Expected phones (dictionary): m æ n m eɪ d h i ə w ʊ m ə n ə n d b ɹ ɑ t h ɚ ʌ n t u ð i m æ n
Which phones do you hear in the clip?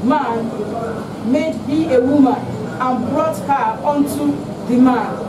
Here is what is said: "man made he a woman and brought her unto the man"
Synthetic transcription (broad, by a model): m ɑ n m eɪ d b i ə w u m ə n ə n b ɹ ɑ t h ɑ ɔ n t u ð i m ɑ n